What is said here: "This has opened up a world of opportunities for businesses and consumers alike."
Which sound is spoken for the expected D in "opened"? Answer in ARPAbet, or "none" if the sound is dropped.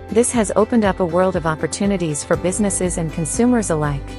D